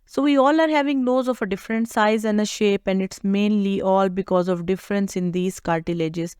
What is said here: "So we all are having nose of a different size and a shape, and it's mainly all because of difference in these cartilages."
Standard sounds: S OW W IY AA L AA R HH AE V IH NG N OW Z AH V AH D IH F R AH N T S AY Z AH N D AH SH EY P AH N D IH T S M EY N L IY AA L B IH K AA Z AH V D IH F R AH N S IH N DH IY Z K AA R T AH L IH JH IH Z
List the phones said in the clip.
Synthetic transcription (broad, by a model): S OW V IY AA L AA R HH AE V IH NG L OW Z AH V AH D IH F R AH N T S AY Z AH N D AH SH EY P AH N D IH T S M EY N L IY AA L B IH K AA Z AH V D IH F R AH N S IH N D IY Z K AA R T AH L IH JH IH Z